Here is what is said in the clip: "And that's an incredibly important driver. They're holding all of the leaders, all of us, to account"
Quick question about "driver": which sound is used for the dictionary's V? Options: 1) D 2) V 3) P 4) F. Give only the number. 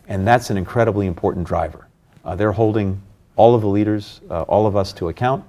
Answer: 2